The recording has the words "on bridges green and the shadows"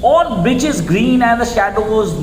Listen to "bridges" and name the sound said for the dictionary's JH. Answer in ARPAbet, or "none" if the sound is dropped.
CH